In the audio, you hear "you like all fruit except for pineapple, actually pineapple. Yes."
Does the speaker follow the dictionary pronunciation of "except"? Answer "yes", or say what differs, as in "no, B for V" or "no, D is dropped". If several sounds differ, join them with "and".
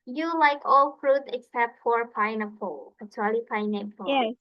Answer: yes